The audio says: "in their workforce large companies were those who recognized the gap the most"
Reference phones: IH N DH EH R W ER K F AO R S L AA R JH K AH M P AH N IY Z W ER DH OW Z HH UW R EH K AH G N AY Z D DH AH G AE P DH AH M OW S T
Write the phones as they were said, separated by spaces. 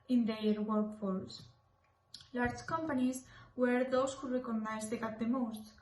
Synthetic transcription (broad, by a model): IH N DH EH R W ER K F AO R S L AA R JH K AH M P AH N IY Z W ER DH OW S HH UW R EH K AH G N AY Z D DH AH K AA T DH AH M OW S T